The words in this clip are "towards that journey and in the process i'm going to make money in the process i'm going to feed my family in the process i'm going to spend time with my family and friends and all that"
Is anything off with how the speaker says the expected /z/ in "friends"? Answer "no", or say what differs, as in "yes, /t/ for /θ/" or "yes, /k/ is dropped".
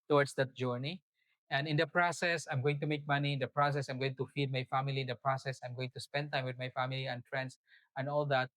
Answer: yes, /s/ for /z/